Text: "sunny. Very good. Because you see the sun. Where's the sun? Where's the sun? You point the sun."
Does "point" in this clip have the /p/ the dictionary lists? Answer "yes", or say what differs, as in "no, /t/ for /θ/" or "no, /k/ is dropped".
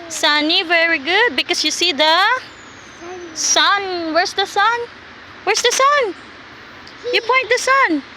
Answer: yes